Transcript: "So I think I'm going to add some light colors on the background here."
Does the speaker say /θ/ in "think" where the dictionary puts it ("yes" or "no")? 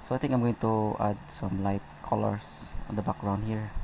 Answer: no